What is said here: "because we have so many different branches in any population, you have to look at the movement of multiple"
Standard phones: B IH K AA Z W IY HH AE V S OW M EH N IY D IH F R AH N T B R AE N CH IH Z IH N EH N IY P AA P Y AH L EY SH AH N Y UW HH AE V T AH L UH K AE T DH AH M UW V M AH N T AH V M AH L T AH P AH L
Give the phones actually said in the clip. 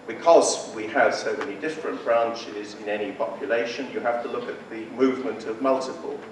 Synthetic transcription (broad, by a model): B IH K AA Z W IY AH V S OW M EH N IY D IH F R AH N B R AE N CH IH Z IH N EH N IY P AA P Y AH L EY SH AH N Y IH HH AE F T AH L UH K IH T DH AH M UW V M AH N T AH V M AH L T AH P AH L